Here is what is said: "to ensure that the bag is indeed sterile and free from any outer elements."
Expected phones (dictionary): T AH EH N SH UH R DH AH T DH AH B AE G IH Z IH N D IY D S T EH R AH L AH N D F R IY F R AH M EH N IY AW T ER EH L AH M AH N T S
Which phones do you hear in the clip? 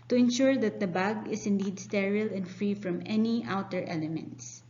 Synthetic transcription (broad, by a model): T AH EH N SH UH R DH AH T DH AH B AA G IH S IH N D IY D S T EH R AH L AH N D F R IY F R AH M EH N IY AW T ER EH L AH M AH N T S